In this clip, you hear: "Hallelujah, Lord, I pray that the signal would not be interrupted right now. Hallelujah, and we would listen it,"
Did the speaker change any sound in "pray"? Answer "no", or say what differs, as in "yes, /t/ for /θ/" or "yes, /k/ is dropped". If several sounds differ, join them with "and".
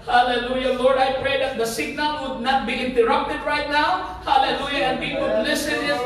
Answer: no